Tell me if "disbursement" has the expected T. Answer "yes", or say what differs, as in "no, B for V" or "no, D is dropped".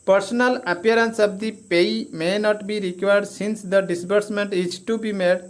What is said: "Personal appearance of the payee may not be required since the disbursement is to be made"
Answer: yes